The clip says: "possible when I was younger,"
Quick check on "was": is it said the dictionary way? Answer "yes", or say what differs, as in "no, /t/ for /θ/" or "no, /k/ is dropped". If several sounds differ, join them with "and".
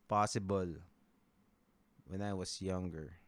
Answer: no, /s/ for /z/